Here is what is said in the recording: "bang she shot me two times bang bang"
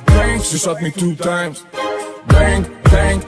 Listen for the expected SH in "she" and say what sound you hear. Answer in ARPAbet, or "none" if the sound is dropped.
S